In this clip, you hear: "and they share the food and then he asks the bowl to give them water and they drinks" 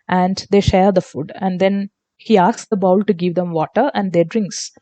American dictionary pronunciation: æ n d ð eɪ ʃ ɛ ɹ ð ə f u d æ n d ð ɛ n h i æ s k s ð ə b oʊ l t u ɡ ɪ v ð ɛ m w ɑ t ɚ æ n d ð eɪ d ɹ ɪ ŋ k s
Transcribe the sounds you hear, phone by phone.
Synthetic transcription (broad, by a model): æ n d eɪ ʃ ɛ ɹ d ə f u d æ n d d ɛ n h i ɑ s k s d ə b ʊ l t u ɡ ɪ v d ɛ m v ɑ t ɚ æ n d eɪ d ɹ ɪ ŋ k s